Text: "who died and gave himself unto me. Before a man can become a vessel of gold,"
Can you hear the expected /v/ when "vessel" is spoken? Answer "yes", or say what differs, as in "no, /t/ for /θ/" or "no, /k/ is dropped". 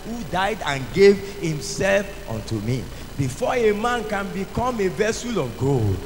yes